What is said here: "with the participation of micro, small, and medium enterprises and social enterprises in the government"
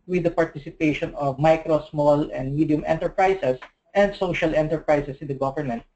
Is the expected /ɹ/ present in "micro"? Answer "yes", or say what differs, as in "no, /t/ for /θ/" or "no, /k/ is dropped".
yes